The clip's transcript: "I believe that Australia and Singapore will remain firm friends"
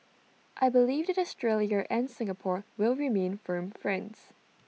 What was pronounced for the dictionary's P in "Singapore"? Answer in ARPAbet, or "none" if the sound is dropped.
P